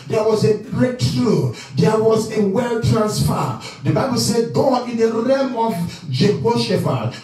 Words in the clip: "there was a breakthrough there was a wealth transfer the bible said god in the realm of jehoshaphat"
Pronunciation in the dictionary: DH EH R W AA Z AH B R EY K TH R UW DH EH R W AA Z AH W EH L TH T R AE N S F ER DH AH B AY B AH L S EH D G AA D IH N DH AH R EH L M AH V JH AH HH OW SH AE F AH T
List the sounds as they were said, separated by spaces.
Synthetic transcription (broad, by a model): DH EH W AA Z AH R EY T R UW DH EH W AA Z AH W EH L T R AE N S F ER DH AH B AY B AH L S EH D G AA IH N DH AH R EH M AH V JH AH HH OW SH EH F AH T